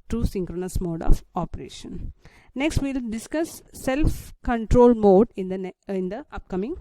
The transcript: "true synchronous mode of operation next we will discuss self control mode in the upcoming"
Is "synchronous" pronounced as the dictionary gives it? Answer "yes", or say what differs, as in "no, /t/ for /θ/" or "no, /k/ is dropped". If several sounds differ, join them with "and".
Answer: yes